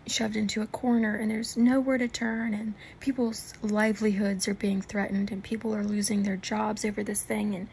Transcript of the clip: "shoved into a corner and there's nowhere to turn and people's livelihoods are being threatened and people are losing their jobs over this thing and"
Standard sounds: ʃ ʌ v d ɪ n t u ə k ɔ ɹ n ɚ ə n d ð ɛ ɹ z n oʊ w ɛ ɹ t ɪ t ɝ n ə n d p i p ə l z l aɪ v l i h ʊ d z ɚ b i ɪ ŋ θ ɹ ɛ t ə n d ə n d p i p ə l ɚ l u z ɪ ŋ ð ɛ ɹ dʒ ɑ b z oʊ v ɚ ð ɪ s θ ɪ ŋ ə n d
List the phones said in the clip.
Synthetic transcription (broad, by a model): ʃ ʌ v d ɪ n t u ə k ɔ ɹ n ɚ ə n ð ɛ ɹ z n oʊ w ɛ ɹ t ɪ t ɝ n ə n p i p l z l aɪ v l i h ʊ d z ɚ b i ɪ ŋ θ ɹ ɛ t n d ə n p i p l ɚ l u z ɪ ŋ ð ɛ ɹ dʒ ɑ b z oʊ v ɚ ð ɪ s θ ɪ ŋ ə n